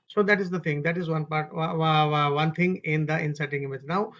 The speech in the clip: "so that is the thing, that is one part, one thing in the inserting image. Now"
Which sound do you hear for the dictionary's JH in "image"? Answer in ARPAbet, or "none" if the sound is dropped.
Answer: JH